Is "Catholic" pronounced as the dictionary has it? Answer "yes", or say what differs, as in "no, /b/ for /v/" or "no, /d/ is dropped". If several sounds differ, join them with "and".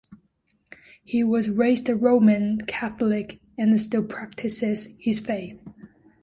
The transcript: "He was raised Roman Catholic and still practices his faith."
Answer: yes